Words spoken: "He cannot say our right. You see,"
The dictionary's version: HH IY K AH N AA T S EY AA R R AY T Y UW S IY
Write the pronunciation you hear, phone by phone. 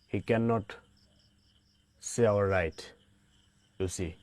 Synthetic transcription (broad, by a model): HH IY K AH N AA T S EY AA L R AY T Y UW S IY